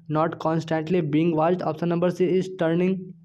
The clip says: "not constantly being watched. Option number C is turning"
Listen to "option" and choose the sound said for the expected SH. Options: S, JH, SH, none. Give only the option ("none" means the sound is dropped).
S